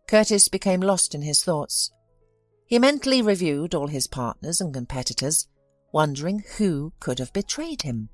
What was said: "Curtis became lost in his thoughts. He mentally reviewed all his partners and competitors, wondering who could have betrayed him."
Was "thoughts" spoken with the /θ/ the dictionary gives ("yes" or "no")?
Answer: yes